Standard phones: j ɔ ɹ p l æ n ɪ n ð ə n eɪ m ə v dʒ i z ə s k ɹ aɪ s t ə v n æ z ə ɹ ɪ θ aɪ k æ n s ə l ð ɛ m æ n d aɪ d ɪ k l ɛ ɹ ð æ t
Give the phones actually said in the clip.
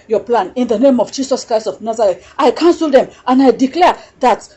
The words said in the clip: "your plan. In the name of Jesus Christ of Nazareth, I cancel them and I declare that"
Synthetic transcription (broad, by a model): j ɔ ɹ p l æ n ɪ n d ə n eɪ m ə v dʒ i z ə s k ɹ aɪ s t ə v n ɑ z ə ɹ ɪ t aɪ k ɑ n s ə l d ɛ m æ n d aɪ d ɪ k l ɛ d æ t